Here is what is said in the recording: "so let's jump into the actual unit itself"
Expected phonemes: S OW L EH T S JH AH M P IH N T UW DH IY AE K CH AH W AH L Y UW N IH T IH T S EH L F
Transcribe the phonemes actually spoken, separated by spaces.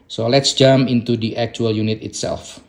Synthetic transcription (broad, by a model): S OW L EH T S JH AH M IH N T UW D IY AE K CH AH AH L Y UW N IH T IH T S EH L F